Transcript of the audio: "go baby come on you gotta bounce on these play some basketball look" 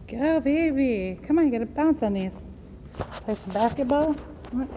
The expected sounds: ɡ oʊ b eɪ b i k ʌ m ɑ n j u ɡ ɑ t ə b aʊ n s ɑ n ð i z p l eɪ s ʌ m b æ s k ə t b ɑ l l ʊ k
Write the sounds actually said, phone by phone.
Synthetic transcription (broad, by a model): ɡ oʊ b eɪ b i k ʌ m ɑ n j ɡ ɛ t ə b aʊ n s ɑ n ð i s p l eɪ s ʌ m b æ s k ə t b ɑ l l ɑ